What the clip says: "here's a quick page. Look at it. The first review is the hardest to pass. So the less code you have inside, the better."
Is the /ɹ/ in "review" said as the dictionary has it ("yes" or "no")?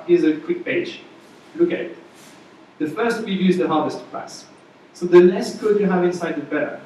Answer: no